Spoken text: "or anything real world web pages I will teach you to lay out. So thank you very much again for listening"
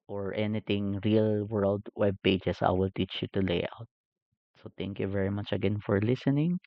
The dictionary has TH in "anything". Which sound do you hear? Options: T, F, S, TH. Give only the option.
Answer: T